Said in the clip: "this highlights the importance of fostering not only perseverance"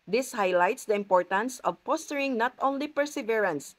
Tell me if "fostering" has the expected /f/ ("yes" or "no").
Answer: no